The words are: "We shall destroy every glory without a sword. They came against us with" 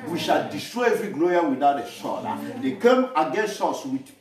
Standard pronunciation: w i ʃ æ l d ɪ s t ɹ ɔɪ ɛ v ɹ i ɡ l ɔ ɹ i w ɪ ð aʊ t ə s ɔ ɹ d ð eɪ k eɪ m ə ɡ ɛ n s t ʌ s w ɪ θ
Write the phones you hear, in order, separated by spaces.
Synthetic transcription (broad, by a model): w i ʃ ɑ l d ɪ s t ɹ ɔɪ ɛ v ɹ i ɡ l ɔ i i w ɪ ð aʊ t ə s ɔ l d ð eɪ k eɪ m ə ɡ ɛ n s t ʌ s w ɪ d